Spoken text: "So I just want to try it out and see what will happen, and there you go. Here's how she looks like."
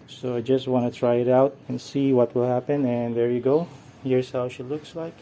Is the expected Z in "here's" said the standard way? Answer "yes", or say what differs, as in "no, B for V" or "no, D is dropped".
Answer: no, S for Z